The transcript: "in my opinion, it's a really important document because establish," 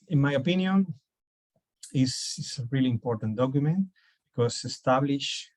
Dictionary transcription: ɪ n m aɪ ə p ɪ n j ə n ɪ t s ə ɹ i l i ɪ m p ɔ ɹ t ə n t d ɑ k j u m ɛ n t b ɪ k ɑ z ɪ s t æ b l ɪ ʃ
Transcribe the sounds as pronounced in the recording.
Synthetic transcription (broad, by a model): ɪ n m aɪ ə p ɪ n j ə n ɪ s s ə ɹ i l i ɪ m p ɔ ɹ t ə n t d ɑ k j u m ɛ n t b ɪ k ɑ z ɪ s t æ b l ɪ ʃ